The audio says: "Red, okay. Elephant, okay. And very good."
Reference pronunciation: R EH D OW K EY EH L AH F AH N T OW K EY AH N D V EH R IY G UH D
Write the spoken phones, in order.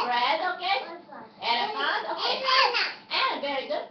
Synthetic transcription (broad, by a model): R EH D OW K EY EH N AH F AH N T OW K EY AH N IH V EH R IY G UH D